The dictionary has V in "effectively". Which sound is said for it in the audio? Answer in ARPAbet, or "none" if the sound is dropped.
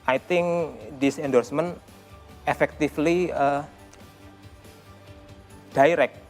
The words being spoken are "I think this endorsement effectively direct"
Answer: F